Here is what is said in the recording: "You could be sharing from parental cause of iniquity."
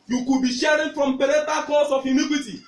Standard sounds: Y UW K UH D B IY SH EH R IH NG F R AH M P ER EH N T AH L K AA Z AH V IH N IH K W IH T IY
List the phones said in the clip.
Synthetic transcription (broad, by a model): Y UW K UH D B IY SH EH R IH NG F R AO M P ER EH T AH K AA S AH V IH N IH K W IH T IY